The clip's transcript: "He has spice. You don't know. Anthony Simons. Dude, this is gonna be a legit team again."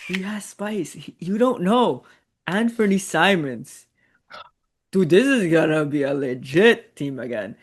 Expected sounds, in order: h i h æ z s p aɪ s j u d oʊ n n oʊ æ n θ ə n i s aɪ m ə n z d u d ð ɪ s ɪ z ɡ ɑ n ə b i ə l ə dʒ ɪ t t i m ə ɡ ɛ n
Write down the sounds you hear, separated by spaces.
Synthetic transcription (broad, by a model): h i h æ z s p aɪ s j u d oʊ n n oʊ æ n f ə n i s aɪ m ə n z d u ð ɪ s ɪ z ɡ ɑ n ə b i ə l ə dʒ ɪ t t i m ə ɡ ɛ n